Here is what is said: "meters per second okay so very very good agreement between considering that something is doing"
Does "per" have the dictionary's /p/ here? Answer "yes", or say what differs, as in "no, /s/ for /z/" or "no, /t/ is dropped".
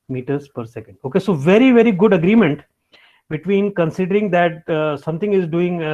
yes